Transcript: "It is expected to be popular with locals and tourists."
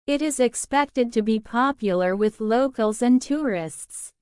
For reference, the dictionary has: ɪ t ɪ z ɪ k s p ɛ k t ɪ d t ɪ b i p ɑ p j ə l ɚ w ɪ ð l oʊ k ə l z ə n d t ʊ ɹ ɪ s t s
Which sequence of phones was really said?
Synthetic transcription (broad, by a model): ɪ t ɪ z ɪ k s p ɛ k t ɪ d t ɪ b i p ɑ p j l ɚ w ɪ ð l oʊ k ə l z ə n t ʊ ɹ ɪ s t s